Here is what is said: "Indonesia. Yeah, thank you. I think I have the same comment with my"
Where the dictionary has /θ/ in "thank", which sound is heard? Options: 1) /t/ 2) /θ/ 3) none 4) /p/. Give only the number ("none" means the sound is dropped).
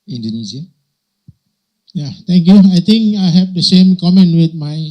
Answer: 1